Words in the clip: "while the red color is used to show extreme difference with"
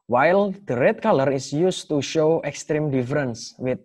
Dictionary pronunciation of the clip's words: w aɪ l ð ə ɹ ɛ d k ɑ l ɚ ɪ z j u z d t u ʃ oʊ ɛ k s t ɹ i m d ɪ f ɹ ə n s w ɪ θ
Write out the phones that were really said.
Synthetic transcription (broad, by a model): w aɪ l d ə ɹ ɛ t k ɑ l ɚ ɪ s j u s t u ʃ oʊ ɛ k s t ɹ i m d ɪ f ɹ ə n s w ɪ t